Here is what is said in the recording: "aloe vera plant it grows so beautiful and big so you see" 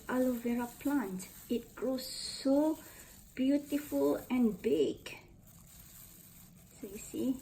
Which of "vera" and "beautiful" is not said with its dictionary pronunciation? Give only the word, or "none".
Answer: none